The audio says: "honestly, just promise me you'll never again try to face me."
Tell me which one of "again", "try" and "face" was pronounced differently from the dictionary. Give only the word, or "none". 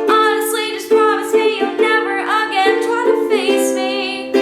try